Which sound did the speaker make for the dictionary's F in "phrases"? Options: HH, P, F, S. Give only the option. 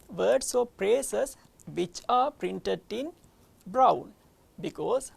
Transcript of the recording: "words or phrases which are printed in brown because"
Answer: P